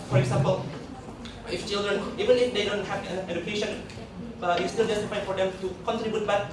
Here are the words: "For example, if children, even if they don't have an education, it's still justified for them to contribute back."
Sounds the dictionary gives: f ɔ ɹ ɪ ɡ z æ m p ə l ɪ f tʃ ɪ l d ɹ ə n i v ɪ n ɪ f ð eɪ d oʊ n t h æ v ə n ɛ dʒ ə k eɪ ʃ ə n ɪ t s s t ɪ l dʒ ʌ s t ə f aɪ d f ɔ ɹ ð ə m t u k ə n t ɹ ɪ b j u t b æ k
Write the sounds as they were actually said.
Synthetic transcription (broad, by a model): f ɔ ɹ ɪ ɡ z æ m p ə l ɪ f tʃ ɪ l d ɹ ə n i v ɪ n ɪ f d eɪ d oʊ n t h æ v ə n ɛ dʒ ə k eɪ ʃ ə n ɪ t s s t ɪ l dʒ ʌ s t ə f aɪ f ɔ ɹ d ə m t u k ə n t ɹ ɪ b j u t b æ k